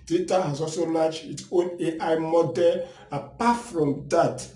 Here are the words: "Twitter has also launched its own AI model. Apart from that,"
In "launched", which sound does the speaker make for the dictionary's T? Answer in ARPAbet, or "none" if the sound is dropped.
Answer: none